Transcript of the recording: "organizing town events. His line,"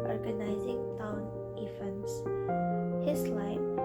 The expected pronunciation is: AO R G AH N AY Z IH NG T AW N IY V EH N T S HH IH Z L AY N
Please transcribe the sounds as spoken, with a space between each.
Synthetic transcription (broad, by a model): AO R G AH N AY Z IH NG T AW N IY F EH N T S HH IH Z L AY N